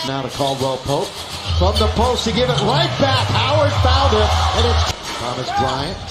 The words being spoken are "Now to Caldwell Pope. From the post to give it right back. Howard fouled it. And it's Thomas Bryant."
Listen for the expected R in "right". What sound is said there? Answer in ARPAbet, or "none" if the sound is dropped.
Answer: L